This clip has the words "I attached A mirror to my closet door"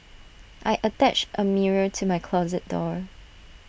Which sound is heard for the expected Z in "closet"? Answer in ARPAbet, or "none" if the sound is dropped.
Z